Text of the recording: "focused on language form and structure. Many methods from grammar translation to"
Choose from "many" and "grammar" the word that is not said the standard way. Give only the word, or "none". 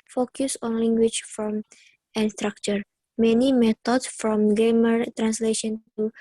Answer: grammar